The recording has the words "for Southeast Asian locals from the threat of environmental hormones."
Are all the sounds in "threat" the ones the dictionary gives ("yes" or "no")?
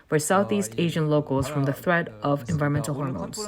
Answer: yes